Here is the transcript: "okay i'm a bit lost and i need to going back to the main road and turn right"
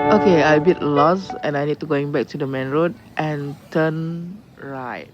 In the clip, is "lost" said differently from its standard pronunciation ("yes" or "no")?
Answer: yes